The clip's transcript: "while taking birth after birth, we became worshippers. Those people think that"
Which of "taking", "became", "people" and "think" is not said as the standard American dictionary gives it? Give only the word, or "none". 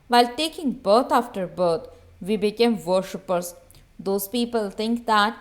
think